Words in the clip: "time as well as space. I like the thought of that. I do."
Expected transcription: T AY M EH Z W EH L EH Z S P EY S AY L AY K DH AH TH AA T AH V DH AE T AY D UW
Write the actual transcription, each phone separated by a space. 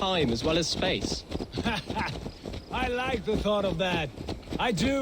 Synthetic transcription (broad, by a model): AY M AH Z W EH L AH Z S P EY S AY L AY K DH AH TH AA T AH V DH AE T AY D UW